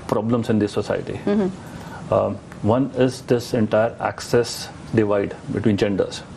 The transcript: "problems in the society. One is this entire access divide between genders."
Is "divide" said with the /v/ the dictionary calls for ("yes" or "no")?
yes